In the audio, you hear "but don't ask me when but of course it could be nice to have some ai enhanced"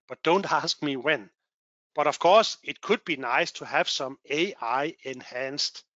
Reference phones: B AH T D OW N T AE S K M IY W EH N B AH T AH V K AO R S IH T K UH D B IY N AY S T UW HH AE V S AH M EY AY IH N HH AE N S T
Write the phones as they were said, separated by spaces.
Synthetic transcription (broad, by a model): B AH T D OW N T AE S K M IY W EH N B AH T AH V K AO S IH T K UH D B IY N AY S T UW HH AE V S AH M EY AY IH N HH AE N S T